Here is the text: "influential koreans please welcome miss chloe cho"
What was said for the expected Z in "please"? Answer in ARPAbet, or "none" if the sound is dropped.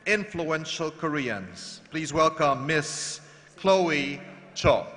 Z